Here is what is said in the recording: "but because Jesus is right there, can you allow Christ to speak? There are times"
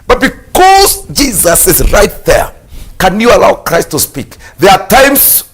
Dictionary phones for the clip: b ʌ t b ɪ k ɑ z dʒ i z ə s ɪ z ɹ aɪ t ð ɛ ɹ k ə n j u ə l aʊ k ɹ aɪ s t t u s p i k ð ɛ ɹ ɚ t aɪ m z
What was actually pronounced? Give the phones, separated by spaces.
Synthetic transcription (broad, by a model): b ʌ t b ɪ k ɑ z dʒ i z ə s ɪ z ɹ aɪ t ð ɛ ɹ k ə n j u ə l aʊ k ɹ aɪ s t t u s p i k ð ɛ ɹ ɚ t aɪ m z